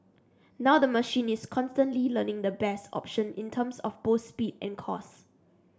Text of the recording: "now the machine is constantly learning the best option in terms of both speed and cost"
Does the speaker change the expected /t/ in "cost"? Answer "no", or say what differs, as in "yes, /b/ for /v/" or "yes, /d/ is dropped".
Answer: yes, /t/ is dropped